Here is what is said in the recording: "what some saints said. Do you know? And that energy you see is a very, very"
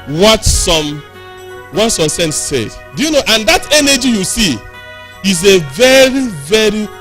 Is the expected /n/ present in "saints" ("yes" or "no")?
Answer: no